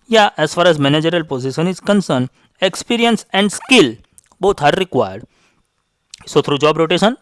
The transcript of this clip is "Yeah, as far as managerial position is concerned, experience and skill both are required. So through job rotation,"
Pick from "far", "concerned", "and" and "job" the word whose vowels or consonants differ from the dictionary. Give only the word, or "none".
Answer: concerned